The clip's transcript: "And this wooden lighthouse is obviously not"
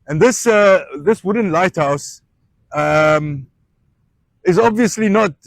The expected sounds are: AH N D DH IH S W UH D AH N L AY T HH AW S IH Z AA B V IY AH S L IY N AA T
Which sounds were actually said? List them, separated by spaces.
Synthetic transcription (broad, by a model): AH N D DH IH S W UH D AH N L AY T HH AW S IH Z AA B V IY AH S L IY N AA T